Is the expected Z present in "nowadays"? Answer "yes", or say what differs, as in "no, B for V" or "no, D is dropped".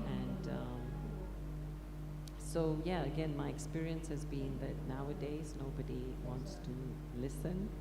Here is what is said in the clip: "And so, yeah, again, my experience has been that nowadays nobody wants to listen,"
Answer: yes